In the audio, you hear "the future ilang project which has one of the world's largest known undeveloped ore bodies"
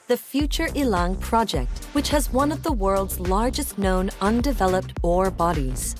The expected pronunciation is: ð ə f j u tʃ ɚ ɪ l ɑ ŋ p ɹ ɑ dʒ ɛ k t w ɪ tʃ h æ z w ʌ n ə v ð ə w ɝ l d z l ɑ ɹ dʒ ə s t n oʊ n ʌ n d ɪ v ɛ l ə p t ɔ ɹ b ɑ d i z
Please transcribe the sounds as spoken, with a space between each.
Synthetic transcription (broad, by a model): ð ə f j u tʃ ɚ ɪ l ɑ ŋ p ɹ ɑ dʒ ɛ k t w ɪ tʃ h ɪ z w ʌ n ə v ð ə w ɝ l d z l ɑ ɹ dʒ ə s t n oʊ n ʌ n d ɪ v ɛ l ə p t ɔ ɹ b ɑ d i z